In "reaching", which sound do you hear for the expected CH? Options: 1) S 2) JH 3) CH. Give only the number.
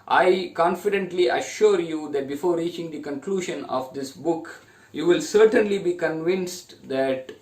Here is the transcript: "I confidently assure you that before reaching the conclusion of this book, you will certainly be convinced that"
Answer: 3